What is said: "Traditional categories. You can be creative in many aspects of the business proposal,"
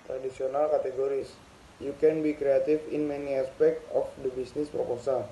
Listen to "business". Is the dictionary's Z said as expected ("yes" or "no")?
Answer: no